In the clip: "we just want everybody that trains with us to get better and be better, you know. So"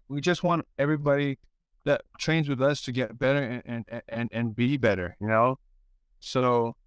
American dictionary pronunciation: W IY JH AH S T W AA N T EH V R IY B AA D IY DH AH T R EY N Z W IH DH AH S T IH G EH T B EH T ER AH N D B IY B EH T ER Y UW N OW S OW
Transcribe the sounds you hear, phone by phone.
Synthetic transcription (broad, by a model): W IY JH AH S T W AA N T EH V R IY B AA D IY DH AH T R EY N Z W IH DH AH S T IH G EH T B EH T ER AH N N B IY B EH T ER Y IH N OW S OW